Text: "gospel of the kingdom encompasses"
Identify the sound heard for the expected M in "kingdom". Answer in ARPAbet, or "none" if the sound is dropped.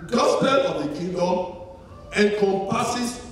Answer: none